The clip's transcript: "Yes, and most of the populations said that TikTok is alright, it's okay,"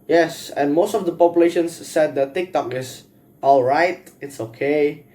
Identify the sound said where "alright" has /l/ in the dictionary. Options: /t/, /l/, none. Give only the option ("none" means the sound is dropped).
/l/